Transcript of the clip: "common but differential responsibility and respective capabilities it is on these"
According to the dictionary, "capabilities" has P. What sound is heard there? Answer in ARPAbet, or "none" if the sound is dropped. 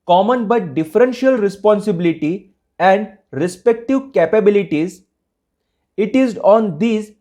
P